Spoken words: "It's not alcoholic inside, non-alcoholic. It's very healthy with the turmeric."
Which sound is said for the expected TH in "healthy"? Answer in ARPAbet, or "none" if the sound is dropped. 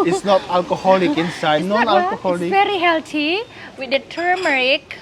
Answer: T